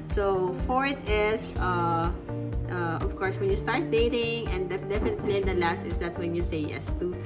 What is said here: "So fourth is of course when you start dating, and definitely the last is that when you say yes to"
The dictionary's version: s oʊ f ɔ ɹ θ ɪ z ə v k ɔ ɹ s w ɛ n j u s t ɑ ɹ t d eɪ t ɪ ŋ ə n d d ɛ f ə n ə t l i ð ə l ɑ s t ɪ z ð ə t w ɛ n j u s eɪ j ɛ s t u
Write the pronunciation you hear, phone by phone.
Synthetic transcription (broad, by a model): s oʊ f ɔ ɹ t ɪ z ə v k ɔ ɹ s w ɛ n j u s t ɑ ɹ t d eɪ t ɪ ŋ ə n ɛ d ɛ f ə n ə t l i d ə l ɑ s t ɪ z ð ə t w ɛ n j u s eɪ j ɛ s t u